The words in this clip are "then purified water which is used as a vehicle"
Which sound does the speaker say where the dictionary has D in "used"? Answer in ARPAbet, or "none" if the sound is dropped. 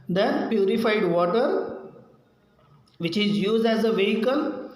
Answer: D